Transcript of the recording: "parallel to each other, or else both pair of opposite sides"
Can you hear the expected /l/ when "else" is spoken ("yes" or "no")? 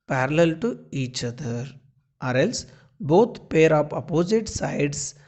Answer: yes